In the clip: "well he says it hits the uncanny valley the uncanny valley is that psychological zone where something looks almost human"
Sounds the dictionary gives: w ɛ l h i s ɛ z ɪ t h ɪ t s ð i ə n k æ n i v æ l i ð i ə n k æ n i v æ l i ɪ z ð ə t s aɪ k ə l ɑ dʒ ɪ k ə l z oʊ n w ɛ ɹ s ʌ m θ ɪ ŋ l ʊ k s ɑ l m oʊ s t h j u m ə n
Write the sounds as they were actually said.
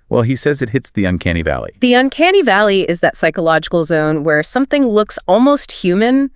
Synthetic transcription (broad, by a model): w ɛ l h i s ɛ z ɪ t h ɪ t s ð i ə n k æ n i v æ l i ð i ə n k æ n i v æ l i ɪ z ð ə t s aɪ k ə l ɑ dʒ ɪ k l z oʊ n w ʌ ɹ s ʌ m θ ɪ ŋ l ʊ k s ɑ l m oʊ s t h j u m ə n